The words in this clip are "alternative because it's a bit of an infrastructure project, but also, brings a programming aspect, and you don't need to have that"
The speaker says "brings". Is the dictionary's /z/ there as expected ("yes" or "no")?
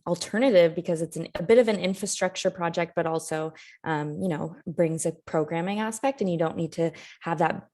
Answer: yes